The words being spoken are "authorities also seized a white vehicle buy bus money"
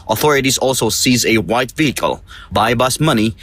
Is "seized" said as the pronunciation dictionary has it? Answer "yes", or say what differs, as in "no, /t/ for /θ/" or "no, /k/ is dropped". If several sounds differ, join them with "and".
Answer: no, /d/ is dropped